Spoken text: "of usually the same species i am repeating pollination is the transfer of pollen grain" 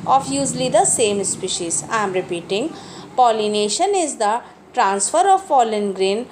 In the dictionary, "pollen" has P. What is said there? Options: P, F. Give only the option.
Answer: F